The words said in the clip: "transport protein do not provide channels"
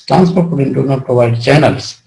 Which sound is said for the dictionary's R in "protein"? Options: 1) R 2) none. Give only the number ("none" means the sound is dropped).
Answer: 2